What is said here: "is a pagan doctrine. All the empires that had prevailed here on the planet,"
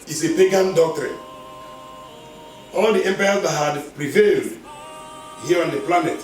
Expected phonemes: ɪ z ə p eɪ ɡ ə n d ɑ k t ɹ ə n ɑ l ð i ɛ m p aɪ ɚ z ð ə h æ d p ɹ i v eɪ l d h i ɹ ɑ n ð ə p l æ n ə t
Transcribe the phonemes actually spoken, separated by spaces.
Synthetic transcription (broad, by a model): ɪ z ə p eɪ ɡ ə n d ɑ k t ɹ ə n ɑ l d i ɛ m p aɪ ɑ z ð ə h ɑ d p ɹ i v eɪ l d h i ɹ ɑ n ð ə p l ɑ n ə t